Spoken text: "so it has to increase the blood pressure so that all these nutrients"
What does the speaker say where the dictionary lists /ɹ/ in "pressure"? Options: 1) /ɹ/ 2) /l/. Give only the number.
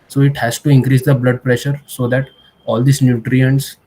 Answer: 1